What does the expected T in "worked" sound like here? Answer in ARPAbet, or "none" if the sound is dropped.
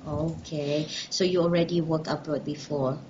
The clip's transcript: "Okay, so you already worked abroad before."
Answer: none